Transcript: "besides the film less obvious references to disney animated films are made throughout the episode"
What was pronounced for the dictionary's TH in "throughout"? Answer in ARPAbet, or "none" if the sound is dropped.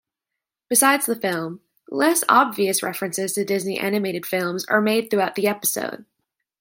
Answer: TH